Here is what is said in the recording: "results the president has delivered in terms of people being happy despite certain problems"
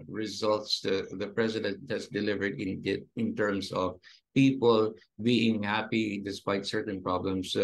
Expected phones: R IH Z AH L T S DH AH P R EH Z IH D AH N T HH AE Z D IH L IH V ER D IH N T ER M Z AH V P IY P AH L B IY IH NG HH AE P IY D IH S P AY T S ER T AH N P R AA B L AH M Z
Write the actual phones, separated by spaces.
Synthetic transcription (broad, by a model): R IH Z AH L T S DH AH P R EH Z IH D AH N T HH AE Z D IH L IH V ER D IH N T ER M S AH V P IY P AH L B IY IH NG HH AE P IY D IH S P AY T S ER T AH N P R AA B L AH M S